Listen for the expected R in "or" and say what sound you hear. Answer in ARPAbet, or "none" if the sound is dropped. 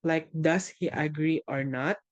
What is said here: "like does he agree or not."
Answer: R